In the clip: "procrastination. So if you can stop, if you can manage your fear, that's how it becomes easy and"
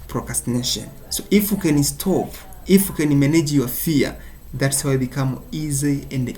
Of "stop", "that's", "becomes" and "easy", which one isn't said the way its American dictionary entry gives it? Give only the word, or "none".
becomes